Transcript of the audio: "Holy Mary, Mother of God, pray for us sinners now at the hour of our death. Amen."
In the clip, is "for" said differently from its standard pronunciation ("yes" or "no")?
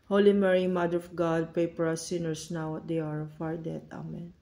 yes